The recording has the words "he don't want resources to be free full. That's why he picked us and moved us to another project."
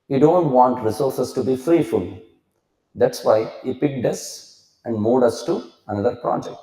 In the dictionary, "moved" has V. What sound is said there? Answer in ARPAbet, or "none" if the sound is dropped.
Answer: none